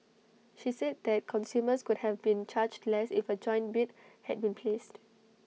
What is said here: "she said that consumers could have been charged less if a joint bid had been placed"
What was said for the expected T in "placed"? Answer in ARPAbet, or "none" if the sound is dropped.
T